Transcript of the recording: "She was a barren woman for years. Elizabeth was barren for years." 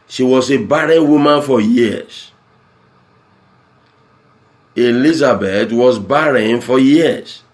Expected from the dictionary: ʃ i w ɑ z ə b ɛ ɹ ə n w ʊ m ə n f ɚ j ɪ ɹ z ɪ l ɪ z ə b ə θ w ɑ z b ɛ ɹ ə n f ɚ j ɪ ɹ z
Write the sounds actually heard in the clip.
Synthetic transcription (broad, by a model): ʃ i w ɑ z ə b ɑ ɹ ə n w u m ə n f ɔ j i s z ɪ l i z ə b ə t w ɑ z b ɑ ɹ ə n f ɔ j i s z